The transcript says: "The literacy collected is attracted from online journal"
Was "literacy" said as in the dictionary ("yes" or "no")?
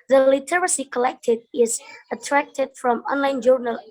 yes